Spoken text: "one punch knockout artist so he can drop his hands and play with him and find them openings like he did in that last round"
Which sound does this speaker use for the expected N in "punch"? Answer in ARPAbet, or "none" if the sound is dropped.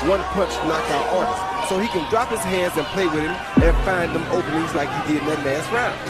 none